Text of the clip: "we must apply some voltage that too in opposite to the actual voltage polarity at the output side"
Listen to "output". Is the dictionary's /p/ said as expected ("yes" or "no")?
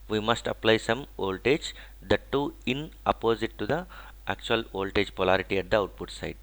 yes